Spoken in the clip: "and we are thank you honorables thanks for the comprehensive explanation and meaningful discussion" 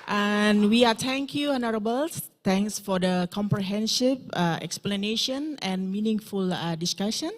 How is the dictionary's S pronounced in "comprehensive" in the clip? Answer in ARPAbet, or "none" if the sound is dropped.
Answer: SH